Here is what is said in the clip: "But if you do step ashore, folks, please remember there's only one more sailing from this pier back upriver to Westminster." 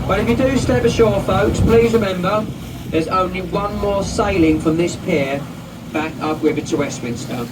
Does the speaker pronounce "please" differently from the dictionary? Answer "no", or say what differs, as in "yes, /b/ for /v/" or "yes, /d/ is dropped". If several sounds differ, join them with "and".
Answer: no